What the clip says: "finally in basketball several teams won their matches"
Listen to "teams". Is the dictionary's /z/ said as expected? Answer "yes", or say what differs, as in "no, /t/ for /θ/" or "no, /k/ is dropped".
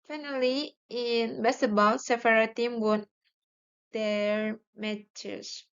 no, /z/ is dropped